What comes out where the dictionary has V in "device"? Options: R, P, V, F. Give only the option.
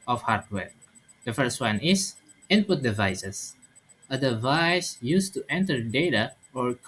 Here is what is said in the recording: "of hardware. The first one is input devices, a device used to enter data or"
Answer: V